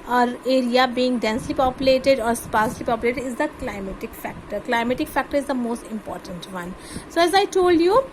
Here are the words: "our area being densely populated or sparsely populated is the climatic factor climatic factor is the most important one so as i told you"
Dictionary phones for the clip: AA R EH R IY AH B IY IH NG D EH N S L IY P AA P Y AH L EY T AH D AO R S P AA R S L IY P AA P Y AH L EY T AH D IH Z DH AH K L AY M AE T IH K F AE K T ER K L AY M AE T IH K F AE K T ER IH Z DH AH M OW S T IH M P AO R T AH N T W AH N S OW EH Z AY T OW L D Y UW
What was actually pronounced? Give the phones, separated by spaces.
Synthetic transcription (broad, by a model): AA R EH R IY AH B IY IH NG D EH N S L IY P AA P Y AH L EY T AH D AO R S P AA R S L IY P AA P Y AH L EY T AH D IH Z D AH K L AY M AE T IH K F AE K T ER K L AY M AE T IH K F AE K T ER IH Z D AH M OW S T IH M P AO R T AH N T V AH N S OW EH Z AY T OW L D Y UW